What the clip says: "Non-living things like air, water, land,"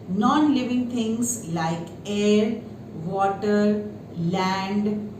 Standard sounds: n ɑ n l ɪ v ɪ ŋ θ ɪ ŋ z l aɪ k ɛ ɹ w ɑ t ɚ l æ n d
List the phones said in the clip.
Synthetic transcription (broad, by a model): n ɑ n l ɪ v ɪ ŋ t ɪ ŋ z l aɪ k ɛ ɹ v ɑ t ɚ l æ n d